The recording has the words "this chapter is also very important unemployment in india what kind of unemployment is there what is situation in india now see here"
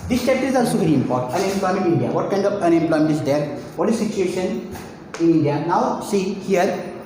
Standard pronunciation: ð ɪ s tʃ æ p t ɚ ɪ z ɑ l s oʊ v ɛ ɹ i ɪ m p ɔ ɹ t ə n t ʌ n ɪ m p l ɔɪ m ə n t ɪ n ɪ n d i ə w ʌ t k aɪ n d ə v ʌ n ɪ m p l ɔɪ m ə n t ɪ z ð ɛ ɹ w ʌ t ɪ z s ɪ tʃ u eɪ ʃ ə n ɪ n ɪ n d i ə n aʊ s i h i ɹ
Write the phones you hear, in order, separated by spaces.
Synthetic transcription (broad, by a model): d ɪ s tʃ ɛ t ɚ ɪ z ɑ l s oʊ v ɛ ɹ i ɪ m p ɔ ɹ t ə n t ʌ n ɪ m p l ɔɪ m ə n t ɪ ɪ n d i ə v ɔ t k aɪ n d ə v ʌ n ɪ m p l ɔɪ m ə n t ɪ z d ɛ ɹ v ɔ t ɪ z s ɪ tʃ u eɪ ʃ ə n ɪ n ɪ n d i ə n aʊ s i h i ɹ